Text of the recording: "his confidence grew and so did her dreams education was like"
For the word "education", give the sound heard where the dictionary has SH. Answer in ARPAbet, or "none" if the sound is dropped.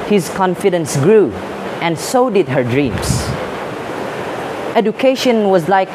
SH